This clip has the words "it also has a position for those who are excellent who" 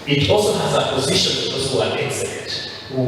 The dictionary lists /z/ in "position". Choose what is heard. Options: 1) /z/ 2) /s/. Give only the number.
1